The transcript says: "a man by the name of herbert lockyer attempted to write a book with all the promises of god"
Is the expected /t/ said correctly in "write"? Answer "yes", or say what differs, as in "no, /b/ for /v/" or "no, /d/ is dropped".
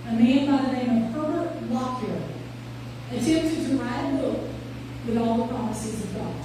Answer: no, /t/ is dropped